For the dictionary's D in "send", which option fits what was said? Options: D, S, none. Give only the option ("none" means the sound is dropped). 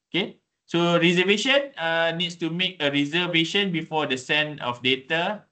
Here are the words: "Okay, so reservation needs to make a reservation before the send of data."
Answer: none